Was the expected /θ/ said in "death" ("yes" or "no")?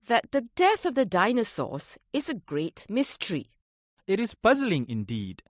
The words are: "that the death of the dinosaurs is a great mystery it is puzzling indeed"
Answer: yes